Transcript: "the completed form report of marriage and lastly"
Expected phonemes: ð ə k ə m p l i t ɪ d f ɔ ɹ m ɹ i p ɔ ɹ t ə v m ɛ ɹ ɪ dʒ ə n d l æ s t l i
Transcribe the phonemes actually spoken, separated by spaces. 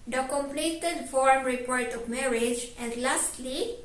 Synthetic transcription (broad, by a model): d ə k ə m p l i t ɪ d f ɔ ɹ m ɹ i p ɔ ɹ t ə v m ɛ ɹ ɪ dʒ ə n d l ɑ s t l i